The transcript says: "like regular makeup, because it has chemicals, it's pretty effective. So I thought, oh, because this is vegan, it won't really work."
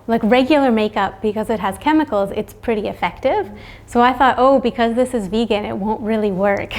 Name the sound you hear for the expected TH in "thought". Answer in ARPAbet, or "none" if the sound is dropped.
TH